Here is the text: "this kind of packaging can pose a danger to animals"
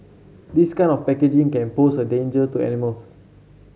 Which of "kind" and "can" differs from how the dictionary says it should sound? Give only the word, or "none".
kind